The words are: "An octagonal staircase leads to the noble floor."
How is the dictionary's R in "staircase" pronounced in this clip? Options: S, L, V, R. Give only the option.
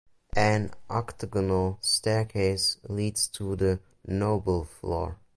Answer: R